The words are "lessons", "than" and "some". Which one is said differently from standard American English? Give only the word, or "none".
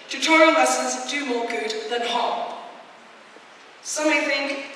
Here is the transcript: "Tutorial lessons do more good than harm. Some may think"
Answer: lessons